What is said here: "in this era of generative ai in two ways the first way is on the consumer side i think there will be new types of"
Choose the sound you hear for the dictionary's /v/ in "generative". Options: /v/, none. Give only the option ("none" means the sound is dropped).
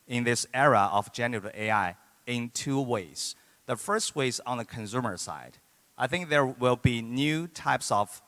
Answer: none